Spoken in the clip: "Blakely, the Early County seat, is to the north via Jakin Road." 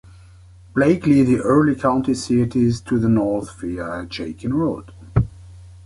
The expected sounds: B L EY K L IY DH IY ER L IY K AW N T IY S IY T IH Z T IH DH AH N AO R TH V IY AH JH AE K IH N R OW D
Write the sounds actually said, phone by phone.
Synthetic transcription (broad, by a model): B L EY K L IY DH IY ER L IY K AW N T IY S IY T IH Z T IH DH AH N AO R TH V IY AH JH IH K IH N R OW D